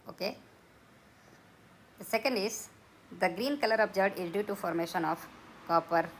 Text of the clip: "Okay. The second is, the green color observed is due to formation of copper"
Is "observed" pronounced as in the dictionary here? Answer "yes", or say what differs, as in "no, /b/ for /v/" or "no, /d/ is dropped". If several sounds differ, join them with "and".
no, /v/ is dropped